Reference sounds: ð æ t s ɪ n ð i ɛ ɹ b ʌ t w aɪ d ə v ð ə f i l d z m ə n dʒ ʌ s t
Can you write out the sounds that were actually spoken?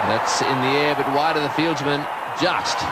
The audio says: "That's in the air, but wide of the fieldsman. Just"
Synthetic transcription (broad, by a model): ð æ t s ɪ n ð i ɛ ɹ b ʌ t w aɪ d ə ð ə f i l d z m ə n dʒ ʌ s t